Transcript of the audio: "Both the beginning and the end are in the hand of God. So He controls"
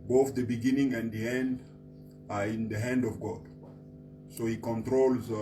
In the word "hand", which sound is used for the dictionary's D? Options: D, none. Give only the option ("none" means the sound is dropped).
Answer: D